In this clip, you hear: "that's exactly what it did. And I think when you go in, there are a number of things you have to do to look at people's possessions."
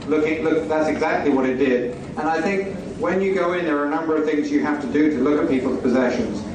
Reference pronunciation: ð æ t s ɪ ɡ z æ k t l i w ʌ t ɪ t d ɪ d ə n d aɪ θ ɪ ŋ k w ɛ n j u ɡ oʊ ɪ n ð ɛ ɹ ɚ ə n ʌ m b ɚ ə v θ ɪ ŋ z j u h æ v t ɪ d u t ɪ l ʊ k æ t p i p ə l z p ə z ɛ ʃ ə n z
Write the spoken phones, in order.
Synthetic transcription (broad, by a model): ð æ t s ɪ ɡ z æ k t l i w ʌ t ɪ t d ɪ d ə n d aɪ θ ɪ ŋ k w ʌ n j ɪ ɡ oʊ ɪ n ð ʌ ɹ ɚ ə n ʌ m b ɚ ə v θ ɪ ŋ z j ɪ h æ f t ɪ d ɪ t ɪ l ʊ k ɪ t p i p l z p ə z ɛ ʃ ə n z